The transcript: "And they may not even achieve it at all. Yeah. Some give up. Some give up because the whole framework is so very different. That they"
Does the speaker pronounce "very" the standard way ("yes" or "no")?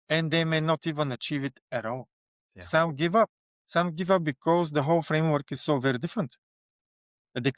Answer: yes